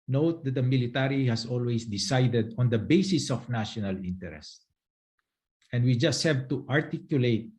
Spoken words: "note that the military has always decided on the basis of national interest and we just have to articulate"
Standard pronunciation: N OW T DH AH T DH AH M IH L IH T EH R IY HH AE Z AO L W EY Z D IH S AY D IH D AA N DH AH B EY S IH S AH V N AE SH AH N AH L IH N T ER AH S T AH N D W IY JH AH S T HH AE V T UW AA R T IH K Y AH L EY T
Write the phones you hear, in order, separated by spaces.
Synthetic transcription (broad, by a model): N OW T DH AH T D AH M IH L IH T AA R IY HH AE S AO L W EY S D IH S AY D IH D AA N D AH B EY S IH S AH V N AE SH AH N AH L IH N T ER AH S T AH N D W IY JH AH S T HH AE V T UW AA R T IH K Y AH L EY T